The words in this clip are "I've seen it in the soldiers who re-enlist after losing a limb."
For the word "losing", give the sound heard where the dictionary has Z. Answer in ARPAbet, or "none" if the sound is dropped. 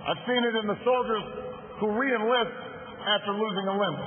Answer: Z